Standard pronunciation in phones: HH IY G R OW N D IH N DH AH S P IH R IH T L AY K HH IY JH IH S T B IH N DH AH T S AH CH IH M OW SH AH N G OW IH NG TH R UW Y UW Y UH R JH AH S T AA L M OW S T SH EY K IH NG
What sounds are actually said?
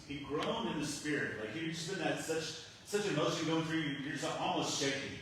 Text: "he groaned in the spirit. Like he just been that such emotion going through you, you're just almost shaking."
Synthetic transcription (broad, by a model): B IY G R OW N IH N DH AH S P IH R IH T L AY K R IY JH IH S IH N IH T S AH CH S AH CH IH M OW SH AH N G OW IH NG TH R UW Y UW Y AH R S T AA L M OW S T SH EY K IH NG